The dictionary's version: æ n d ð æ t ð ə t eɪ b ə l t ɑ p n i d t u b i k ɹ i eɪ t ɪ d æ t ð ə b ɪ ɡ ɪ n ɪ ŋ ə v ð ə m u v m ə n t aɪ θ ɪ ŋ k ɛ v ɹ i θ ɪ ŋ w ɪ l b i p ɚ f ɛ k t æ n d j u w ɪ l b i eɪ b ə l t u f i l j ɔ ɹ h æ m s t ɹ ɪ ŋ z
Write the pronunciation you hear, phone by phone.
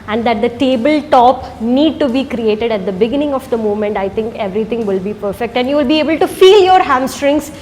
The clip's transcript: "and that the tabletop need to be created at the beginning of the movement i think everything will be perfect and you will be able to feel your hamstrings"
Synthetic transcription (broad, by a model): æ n d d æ t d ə t eɪ b ə l t ɑ p n i d t u b i k ɹ i eɪ t ɪ d æ t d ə b ɪ ɡ ɪ n ɪ ŋ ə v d ə m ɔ m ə n t aɪ t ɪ ŋ k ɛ v ɹ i t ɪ ŋ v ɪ l b i p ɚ f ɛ k t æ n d j u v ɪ l b i eɪ b ə l t u f i l j ɔ ɹ h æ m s t ɹ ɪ ŋ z